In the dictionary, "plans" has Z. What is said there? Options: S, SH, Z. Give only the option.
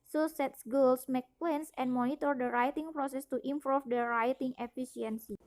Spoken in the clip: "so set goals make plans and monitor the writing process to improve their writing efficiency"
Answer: S